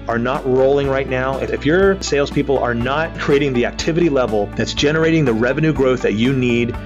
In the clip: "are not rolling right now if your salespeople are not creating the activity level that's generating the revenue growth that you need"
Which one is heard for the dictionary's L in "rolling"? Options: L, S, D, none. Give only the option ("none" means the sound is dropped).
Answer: L